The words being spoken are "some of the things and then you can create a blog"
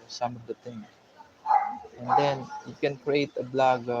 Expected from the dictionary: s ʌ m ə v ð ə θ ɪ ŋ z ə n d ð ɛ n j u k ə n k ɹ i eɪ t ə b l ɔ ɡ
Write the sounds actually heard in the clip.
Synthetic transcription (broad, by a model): s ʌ m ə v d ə t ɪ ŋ ə n d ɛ n j u k ə n k ɹ i eɪ t ə b l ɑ ɡ